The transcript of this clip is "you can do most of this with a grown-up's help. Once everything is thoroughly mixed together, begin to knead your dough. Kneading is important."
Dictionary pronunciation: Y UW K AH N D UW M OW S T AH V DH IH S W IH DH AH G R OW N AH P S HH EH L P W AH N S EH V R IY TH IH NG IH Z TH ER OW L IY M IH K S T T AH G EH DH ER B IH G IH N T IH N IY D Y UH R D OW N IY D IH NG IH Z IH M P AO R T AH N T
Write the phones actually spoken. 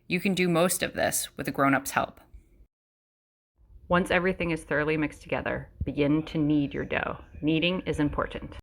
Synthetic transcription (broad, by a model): Y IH K AH N D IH M OW S T AH V DH IH S W IH DH AH G R OW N AH P S HH EH L P W AH N S EH V R IY TH IH NG IH Z TH ER OW L IY M IH K S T T AH G EH DH ER B IH G IH N T IH N IY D Y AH R D OW N IY D IH NG IH Z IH M P AO R T N T